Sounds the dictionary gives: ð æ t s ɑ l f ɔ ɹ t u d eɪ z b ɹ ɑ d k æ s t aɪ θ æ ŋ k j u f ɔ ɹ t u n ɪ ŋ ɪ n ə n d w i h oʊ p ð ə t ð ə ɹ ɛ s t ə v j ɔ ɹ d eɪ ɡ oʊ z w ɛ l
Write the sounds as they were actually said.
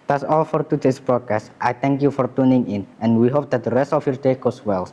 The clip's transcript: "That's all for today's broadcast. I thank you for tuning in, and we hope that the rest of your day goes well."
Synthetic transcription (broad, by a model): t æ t s ɑ l f ɔ ɹ t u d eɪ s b ɹ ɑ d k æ s t aɪ t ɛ ŋ k j u f ɔ ɹ t u n ɪ ŋ ɪ n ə n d w i h oʊ p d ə t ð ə ɹ ɛ s t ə f j ɔ ɹ d eɪ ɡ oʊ s w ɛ l